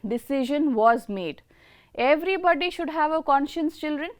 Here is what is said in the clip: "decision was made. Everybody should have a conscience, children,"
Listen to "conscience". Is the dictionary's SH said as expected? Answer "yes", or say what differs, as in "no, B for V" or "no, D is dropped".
yes